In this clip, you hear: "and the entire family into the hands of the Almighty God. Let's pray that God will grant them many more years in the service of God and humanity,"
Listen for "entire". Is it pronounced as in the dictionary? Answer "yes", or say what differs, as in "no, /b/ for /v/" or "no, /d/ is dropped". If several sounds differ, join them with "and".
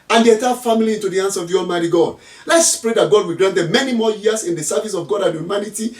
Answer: no, /n/ is dropped